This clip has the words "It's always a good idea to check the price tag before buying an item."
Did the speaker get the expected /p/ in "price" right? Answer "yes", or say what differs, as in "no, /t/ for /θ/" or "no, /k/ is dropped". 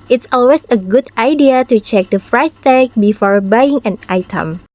no, /f/ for /p/